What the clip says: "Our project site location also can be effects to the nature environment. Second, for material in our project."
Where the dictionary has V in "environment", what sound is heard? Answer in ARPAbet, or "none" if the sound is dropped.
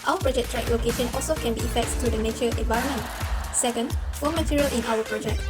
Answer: V